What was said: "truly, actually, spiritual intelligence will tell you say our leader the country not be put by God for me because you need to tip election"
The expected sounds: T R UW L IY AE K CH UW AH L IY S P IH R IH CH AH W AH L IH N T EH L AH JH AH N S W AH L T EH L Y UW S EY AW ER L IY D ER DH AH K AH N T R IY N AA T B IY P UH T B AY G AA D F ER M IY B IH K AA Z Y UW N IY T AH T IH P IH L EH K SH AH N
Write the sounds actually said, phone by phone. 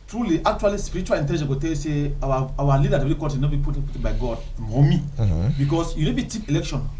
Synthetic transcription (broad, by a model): T R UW L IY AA K CH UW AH L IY S P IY R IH CH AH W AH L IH N T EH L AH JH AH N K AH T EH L Y UW S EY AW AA L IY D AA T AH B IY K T IY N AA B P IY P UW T B AY G AA D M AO M IY B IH K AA S Y UW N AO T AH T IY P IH L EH K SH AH N